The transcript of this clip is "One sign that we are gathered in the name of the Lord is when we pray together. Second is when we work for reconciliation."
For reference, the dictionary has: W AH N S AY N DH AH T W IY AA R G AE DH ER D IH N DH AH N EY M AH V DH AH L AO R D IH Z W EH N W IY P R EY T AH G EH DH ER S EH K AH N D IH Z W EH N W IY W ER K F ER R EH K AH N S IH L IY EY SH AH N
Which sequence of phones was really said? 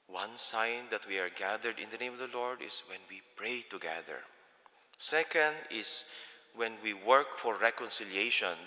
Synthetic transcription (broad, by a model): W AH N S AY N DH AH T W IY AA R G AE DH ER D IH N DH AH N EY M AH V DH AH L AO R D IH S W EH N W IY P R EY T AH G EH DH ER S EH K AH N D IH S W EH N W IY W ER K F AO R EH K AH N S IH L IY EY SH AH N